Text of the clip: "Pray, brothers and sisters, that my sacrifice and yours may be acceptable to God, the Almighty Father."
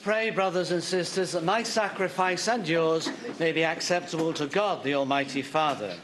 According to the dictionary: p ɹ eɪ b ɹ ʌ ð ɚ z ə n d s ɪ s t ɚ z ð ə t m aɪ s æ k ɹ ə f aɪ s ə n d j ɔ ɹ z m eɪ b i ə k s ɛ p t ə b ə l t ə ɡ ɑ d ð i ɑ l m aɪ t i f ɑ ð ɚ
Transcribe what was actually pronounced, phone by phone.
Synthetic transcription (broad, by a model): p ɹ eɪ b ɹ ʌ ð ɚ z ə n s ɪ s t ɚ z ð ə t m aɪ s æ k ɹ ə f aɪ s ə n j ɔ ɹ z m eɪ b i ə k s ɛ p t ə b ə l t ə ɡ ɑ d ð i ɑ l m aɪ t i f ɑ ð ɚ